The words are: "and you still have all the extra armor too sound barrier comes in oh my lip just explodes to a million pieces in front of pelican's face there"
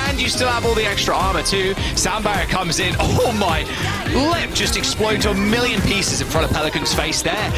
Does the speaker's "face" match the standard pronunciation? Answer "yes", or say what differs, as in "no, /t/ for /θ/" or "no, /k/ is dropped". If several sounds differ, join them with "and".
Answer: yes